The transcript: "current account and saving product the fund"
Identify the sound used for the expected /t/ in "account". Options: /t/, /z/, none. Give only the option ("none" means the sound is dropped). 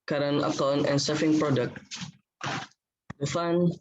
none